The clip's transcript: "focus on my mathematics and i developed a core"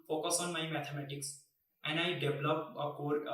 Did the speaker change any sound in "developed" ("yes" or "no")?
yes